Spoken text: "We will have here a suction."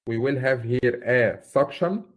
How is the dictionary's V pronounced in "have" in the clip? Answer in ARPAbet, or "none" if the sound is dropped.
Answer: V